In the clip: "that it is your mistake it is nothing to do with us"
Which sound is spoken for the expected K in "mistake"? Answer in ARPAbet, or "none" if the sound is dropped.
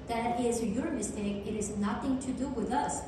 K